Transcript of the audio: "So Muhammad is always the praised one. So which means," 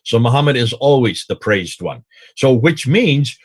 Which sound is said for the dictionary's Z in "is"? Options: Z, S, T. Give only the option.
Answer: Z